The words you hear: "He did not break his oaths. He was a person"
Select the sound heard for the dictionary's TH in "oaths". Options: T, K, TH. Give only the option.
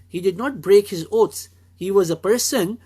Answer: T